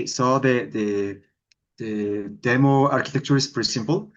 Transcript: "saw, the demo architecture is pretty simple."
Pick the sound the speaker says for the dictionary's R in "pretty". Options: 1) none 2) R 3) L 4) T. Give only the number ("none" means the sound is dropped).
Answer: 1